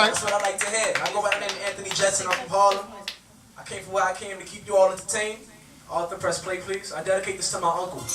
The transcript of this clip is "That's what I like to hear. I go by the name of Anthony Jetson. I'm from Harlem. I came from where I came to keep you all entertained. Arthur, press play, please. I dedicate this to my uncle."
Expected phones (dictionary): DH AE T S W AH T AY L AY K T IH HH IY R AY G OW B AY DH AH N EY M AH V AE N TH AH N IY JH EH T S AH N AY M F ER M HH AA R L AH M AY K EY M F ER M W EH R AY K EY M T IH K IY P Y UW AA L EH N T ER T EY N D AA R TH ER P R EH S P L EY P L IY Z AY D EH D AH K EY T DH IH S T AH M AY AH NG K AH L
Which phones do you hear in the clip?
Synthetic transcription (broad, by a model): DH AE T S W AH T AY L AY K T IH HH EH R AY G OW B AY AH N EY AH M AE N TH AH N IY JH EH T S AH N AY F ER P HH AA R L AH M AY K EY M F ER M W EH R AY K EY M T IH K IY P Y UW AA L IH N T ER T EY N AA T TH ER P R EH S P L EY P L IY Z AY D EH D AH K EY T DH IH S T AH M AY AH NG K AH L